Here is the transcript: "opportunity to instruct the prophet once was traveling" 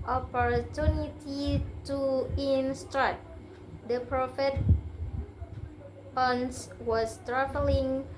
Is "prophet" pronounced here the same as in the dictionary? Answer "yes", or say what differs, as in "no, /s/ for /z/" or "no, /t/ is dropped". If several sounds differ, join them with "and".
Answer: yes